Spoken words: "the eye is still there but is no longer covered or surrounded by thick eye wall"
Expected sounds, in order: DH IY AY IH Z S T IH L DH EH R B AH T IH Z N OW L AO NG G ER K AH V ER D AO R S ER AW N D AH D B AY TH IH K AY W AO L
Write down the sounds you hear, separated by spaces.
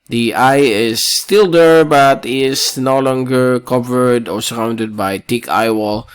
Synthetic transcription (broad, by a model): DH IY AY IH S T IH L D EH R B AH T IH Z N OW L AO NG G ER K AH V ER D AO R S ER AW N D AH D B AY T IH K AY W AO L